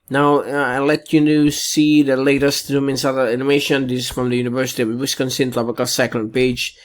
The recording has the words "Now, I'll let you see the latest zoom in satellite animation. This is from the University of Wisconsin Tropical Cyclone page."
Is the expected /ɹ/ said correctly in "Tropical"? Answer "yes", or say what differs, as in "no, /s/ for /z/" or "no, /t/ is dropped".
no, /l/ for /ɹ/